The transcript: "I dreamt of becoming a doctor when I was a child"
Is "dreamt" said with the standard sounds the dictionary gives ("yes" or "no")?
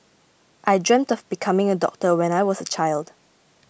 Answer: yes